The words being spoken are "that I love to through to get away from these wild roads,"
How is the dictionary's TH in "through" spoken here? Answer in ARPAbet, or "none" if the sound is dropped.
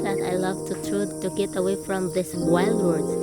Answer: T